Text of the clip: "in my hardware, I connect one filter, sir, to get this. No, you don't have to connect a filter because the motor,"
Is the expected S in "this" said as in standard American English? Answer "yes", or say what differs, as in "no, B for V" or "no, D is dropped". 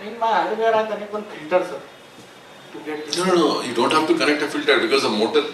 no, S is dropped